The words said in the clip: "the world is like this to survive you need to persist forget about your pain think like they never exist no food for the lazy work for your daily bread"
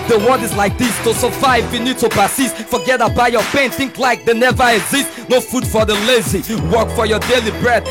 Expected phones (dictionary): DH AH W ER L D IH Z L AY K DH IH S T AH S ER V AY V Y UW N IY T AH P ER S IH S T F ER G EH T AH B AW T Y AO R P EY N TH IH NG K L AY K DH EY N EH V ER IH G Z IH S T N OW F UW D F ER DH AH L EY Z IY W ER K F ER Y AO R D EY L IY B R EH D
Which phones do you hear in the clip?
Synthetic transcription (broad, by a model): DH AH W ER D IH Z L AY K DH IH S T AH S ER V AY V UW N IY T AH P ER S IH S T F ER G EH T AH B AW Y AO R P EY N TH IH NG K L AY K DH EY N EH V ER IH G Z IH S T N OW F UW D F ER DH AH L EY Z IY W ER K F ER Y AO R D EY L IY B R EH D